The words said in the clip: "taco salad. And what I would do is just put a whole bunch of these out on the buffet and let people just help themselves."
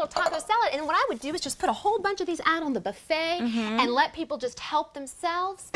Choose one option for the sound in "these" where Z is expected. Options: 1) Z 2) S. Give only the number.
1